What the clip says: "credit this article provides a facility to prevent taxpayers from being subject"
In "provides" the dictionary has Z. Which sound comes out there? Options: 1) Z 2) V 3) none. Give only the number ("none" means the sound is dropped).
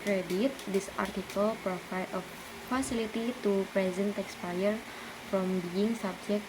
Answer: 3